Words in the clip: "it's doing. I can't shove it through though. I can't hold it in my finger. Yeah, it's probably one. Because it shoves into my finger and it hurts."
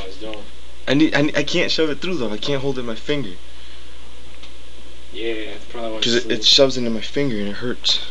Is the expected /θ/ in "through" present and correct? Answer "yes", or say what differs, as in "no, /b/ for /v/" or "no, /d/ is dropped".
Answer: yes